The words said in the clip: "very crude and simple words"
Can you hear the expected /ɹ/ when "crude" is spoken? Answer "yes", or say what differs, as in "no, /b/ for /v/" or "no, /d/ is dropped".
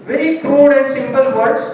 yes